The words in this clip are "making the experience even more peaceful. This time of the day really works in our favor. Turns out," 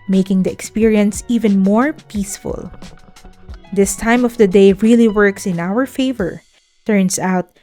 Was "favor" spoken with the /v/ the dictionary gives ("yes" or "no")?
yes